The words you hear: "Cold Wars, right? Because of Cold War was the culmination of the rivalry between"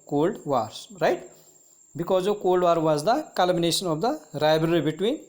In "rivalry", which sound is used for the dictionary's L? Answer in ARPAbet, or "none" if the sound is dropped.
none